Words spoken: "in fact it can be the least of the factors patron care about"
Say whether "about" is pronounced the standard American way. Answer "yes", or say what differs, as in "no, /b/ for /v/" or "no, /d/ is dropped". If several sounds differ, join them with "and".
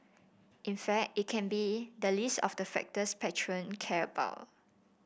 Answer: no, /t/ is dropped